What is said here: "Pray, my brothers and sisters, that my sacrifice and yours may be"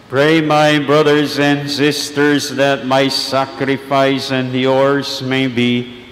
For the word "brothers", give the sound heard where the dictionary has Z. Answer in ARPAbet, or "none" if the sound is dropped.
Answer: Z